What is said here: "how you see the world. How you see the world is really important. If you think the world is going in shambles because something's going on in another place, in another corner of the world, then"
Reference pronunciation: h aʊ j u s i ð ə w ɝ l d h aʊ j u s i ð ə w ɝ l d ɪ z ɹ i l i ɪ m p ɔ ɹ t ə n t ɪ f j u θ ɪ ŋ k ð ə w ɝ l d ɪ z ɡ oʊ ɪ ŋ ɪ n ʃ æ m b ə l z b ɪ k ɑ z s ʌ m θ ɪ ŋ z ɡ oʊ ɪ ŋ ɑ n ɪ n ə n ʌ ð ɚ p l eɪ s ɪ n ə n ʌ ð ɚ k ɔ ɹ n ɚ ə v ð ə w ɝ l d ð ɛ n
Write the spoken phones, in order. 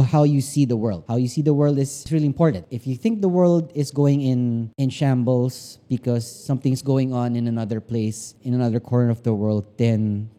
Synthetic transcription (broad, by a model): h aʊ j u s i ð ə w ɝ l d h aʊ j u s i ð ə w ɝ l d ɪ s ɹ i l i ɪ m p ɔ ɹ t ə n t ɪ f j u θ ɪ ŋ k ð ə w ɝ l d ɪ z ɡ oʊ ɪ ŋ ɪ n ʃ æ m b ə l s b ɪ k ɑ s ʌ m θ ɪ ŋ s ɡ oʊ ɪ ŋ ɑ n ɪ n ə n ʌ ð ɚ p l eɪ s ɪ n ə n ʌ ð ɚ k ɔ ɹ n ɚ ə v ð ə w ɝ l d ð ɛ n